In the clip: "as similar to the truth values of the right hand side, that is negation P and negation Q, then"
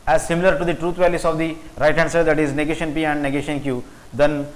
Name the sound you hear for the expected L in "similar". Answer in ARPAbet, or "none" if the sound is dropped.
L